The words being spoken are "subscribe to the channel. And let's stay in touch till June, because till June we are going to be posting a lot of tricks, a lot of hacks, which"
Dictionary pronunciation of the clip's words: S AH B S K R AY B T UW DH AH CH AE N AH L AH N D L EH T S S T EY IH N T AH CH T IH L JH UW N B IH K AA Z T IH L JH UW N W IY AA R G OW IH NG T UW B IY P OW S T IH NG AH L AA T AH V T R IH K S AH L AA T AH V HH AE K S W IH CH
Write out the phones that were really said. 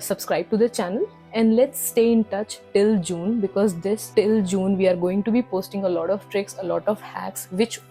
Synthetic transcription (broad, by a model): S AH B S K R AY B T UW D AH CH AE N AH L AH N D L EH T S S T EY IH N T AH CH T IH L JH UW N B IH K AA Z T IH L JH UW N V IY AA R G OW IH NG T UW B IY P OW S T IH NG AH L AA T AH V T R IH K S AH L AA T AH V HH AE K S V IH CH